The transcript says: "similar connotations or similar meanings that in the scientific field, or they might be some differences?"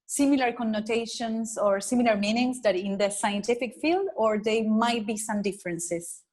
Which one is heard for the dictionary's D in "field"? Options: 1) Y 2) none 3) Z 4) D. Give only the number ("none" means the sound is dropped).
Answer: 4